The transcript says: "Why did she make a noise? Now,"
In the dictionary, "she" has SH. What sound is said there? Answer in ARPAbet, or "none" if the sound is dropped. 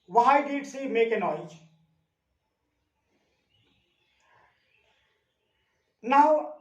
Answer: S